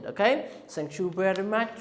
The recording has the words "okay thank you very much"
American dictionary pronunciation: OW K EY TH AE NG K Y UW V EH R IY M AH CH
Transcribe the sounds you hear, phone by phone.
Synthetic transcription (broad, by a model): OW K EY S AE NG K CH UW B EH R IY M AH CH